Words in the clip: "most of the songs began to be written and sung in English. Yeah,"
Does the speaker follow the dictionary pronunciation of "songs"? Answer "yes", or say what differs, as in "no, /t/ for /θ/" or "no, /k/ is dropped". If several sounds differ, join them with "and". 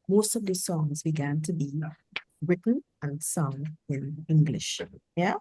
yes